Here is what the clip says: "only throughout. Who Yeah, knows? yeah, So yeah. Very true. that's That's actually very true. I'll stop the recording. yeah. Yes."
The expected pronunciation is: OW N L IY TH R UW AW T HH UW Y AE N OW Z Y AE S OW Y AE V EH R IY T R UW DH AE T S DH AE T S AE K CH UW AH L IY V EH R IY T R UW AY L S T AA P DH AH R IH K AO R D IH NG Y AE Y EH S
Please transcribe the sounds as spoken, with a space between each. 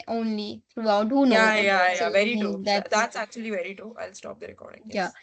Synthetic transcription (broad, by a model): OW N L IY T R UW AW T HH UW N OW Y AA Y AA Y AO V EH R IY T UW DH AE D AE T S AE K CH UW AH L IY V EH R IY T UW AY L S T AA P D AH R IH K AO R D IH NG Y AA